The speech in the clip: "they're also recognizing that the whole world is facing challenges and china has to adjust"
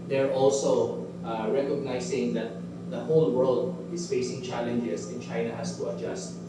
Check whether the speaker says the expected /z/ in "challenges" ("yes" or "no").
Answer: no